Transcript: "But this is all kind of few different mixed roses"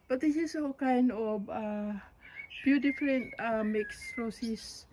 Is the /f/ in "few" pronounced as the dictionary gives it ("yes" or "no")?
no